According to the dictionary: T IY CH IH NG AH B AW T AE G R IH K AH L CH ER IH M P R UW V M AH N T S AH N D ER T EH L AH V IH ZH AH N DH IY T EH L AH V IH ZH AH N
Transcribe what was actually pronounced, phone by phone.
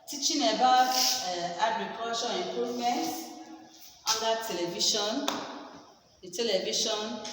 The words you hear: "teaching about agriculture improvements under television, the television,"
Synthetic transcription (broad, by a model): T IY CH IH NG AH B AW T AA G R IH K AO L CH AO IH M P R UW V M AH N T AA N D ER T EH L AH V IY SH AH N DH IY T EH L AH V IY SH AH N